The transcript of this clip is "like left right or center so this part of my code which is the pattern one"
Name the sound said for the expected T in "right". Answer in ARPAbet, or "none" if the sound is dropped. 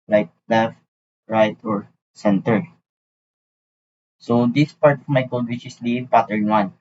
T